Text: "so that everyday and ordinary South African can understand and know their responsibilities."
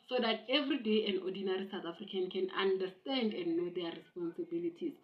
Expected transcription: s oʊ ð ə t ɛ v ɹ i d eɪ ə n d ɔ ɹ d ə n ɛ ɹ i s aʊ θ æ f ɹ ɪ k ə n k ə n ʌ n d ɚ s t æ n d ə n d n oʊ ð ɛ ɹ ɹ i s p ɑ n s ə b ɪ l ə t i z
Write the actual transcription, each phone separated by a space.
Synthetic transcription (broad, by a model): s oʊ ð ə t ɛ v ɹ i d eɪ ə n d ɔ d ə n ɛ ɹ i s aʊ t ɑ f ɹ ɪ k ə n k ə n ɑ n d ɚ s t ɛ n d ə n n oʊ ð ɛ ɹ ɹ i s p ɑ n s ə b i l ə t i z